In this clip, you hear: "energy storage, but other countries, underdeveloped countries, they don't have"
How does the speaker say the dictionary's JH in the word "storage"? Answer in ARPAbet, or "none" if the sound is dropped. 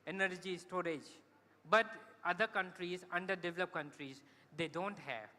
JH